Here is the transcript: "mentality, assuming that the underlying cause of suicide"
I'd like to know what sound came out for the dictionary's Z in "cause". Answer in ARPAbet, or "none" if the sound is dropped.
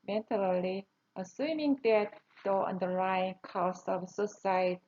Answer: S